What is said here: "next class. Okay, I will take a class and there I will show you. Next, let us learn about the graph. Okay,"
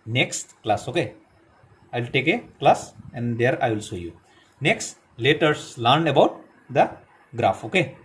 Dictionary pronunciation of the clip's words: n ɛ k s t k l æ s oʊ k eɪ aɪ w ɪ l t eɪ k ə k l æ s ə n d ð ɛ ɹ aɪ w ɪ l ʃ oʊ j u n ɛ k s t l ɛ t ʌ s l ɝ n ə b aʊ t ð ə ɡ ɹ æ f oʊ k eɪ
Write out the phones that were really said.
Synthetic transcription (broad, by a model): n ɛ k s t k l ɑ s oʊ k eɪ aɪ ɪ l t eɪ k ə k l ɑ s ə n d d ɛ ɹ aɪ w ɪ l s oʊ j u n ɛ k s t l ɛ t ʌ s l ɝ n ə b aʊ t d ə ɡ ɹ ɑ f oʊ k eɪ